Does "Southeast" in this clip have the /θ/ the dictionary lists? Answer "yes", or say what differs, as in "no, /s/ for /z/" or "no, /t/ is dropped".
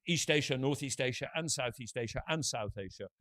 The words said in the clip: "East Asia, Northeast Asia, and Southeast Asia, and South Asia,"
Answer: yes